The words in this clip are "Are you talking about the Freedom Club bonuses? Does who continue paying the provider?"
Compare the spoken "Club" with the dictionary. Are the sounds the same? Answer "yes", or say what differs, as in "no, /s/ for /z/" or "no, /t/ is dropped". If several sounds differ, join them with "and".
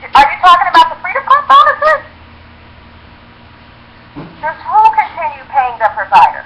no, /l/ is dropped